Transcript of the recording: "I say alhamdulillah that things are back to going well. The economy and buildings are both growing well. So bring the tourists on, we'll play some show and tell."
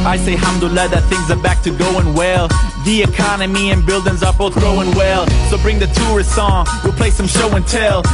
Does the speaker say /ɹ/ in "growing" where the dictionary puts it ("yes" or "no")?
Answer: no